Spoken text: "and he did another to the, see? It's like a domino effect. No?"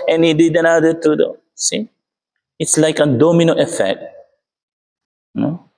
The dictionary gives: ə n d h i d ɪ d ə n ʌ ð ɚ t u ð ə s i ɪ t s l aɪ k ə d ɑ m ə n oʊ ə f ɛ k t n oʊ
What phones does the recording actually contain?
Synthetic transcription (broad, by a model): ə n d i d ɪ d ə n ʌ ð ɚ t u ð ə s i ɪ t s l aɪ k ə d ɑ m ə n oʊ ə f ɛ k t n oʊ